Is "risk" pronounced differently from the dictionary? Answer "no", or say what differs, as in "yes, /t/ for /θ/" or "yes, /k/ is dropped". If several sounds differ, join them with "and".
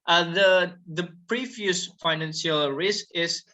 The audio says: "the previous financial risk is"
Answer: no